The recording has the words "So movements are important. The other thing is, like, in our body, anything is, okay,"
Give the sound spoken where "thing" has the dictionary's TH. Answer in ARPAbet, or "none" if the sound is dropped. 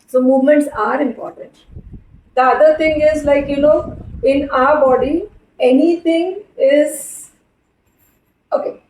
T